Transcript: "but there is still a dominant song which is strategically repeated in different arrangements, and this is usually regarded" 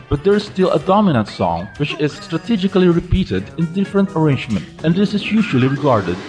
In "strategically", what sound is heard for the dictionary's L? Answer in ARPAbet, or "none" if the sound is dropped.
L